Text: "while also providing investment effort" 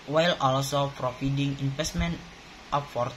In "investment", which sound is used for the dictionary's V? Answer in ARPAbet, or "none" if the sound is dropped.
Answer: F